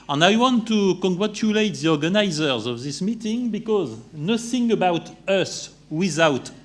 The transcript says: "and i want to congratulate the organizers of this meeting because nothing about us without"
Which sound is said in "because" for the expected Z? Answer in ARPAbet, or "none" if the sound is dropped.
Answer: Z